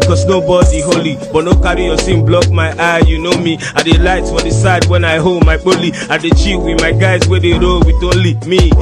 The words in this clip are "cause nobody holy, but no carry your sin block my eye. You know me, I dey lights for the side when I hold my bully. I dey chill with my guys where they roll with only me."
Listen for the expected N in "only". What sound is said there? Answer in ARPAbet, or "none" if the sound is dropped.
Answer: none